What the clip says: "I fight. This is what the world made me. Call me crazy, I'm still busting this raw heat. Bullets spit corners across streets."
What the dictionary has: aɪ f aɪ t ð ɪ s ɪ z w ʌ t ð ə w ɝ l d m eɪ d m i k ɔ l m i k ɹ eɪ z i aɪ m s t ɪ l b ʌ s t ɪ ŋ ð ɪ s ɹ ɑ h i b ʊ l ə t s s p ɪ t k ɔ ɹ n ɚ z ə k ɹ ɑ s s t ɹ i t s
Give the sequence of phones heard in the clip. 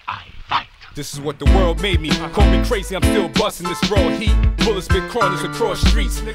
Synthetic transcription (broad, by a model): aɪ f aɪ ð ɪ s ɪ z w ʌ t ð ə w ɝ l d m eɪ d m i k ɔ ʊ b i k ɹ eɪ z i aɪ m s t ɪ l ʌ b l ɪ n ð ɪ s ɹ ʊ h i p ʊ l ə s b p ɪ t k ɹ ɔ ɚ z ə k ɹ ɑ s s t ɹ i t s